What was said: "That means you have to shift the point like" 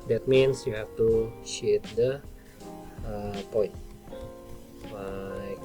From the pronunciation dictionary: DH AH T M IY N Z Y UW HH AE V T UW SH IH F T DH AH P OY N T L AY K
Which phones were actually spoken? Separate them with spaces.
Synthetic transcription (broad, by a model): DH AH T M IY N S Y UW HH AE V T UW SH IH T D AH P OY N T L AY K